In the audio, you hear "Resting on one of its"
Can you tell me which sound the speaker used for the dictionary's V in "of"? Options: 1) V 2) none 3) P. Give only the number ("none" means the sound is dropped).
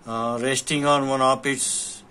3